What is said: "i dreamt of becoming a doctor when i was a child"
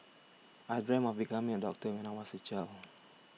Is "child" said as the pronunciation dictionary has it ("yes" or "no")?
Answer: no